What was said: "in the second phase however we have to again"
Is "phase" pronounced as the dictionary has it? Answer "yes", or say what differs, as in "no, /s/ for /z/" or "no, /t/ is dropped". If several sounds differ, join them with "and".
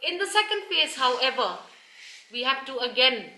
no, /p/ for /f/